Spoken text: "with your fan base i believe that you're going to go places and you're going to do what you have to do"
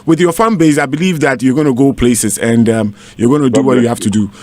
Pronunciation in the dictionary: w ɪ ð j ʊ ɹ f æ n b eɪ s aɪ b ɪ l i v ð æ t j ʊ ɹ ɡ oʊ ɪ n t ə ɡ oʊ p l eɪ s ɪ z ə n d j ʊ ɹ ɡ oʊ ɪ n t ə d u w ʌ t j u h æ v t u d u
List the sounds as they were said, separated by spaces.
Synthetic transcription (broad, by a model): w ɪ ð j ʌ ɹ f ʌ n b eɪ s aɪ b ɪ l i v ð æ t j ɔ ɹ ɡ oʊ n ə ɡ oʊ p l eɪ s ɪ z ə n d j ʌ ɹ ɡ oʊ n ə d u w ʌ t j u h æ f t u d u